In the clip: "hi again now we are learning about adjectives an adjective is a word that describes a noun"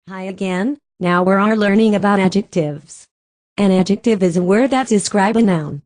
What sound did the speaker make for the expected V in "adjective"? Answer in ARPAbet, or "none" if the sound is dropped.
V